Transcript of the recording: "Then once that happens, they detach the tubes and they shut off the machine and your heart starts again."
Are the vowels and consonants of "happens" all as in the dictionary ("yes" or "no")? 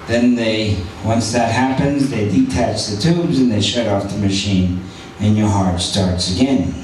yes